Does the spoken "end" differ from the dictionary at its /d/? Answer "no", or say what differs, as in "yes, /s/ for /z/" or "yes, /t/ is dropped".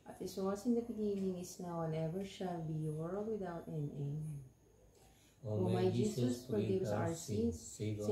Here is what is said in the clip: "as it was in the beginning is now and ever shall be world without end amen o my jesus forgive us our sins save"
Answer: yes, /d/ is dropped